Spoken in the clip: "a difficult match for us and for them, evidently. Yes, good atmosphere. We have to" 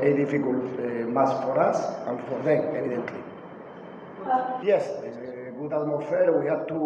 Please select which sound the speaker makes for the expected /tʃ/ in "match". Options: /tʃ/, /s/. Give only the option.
/s/